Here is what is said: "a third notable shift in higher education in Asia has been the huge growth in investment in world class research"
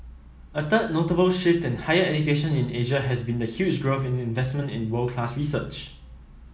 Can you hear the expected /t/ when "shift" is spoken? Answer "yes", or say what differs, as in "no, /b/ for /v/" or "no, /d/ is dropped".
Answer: yes